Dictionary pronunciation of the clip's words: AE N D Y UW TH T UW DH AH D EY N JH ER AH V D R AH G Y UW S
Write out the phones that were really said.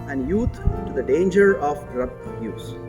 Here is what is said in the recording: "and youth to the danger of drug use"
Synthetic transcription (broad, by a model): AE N D Y UW T T UW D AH D EY N JH ER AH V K R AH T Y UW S